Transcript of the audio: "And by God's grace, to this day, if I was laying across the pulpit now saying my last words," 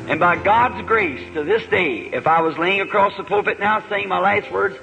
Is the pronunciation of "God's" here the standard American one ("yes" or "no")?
yes